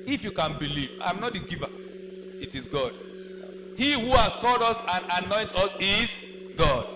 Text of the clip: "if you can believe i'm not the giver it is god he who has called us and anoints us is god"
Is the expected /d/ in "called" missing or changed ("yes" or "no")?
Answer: no